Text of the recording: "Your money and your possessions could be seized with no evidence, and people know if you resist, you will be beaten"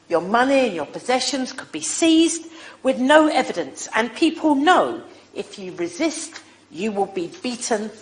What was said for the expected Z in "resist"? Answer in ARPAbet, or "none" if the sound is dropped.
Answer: Z